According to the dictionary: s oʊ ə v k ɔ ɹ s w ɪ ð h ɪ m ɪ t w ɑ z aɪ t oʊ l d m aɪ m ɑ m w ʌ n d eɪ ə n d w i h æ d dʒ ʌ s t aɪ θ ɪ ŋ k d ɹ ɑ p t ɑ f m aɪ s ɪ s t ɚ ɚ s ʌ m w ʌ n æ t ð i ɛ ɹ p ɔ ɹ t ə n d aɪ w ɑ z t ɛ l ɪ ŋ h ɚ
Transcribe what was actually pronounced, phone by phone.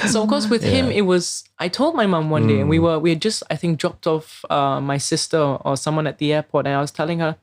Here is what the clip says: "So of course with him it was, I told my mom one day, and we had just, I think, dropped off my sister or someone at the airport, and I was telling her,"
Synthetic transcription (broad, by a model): s oʊ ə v k ɔ s w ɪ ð h ɪ m ɪ t w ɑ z aɪ t oʊ l d m aɪ m ɑ m w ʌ n d eɪ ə n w w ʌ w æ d dʒ ʌ s t aɪ θ ɪ ŋ k d ɹ ɑ p t ɑ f m aɪ s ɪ s t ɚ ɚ s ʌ m w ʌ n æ t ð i ɛ p ɔ t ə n aɪ w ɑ s t ɛ l ɪ ŋ h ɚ